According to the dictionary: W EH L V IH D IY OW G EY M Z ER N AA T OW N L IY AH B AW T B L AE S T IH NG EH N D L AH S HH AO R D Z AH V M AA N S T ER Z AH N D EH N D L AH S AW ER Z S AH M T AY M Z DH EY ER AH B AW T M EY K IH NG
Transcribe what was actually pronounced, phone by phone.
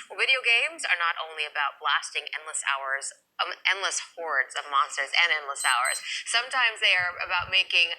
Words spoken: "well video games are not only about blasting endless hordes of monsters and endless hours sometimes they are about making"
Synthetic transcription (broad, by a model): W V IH D IY OW G EY M Z ER N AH T OW N L IY AH B AW T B L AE S T IH NG EH N D L AH S HH AO R D Z AH V M AA N S T ER Z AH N EH N D L AH S AW ER Z S AH M T AY M Z DH EY ER AH B AW T M EY K IH NG